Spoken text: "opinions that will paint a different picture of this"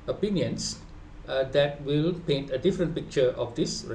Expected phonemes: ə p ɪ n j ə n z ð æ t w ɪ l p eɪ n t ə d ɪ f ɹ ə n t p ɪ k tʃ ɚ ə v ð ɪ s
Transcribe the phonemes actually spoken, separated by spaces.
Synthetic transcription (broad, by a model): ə p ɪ n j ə n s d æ t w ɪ l p eɪ n t ə d ɪ f ɹ ə n t p ɪ k tʃ ɚ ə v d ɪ s